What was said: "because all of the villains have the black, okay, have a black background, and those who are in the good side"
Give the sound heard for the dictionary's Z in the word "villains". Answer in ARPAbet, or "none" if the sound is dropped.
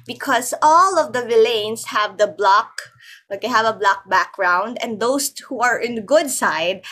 S